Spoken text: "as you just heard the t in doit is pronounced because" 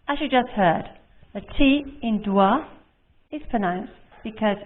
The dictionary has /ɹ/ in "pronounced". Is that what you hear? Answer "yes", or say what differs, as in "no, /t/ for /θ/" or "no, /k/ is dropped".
no, /ɹ/ is dropped